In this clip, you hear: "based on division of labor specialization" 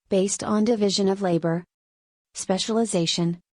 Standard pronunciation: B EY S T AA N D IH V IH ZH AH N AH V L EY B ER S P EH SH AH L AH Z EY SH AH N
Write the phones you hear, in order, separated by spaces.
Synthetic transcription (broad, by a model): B EY S T N D IH V IH ZH AH N AH V L EY B ER S P EH SH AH L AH Z EY SH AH N